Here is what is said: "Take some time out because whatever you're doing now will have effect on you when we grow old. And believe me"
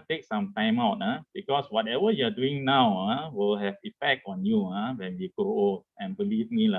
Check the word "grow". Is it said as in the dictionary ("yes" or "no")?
no